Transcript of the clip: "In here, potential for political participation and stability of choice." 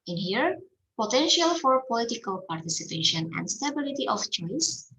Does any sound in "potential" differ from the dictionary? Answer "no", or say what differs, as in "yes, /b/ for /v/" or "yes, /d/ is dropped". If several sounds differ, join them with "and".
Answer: no